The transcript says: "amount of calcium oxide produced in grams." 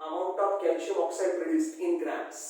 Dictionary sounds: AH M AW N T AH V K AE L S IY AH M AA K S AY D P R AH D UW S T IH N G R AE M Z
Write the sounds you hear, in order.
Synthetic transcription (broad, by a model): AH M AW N T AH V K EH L SH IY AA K S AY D P R AH D UW S T IH N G R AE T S